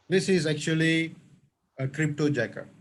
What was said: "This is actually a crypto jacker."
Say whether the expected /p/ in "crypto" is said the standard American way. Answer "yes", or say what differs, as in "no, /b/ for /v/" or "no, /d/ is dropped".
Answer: yes